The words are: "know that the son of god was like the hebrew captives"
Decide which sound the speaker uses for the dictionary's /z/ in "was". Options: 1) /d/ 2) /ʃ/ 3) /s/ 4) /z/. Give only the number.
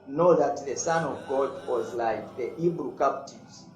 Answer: 4